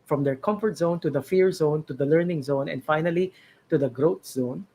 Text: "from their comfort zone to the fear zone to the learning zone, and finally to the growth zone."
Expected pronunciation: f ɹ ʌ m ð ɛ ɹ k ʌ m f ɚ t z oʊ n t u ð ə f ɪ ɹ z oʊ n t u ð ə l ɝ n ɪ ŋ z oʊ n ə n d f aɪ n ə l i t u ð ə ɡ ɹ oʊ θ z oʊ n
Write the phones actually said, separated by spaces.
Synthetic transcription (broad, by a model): f ɹ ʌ m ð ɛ ɹ k ʌ m f ɚ t z oʊ n t u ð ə f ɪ ɹ z oʊ n t u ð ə l ɝ n ɪ ŋ z oʊ n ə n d f aɪ n ə l i t u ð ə ɡ ɹ oʊ t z oʊ n